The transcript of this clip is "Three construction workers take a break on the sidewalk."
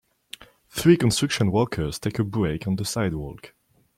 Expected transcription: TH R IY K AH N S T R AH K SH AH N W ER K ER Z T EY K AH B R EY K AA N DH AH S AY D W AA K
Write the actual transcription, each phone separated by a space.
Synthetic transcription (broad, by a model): TH R IY K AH N S T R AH K SH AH N W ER K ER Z T EY K AH B R EY K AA N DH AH S AY D W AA K